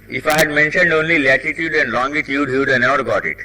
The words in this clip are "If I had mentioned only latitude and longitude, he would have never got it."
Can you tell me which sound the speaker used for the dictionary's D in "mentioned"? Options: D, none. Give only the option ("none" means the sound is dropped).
D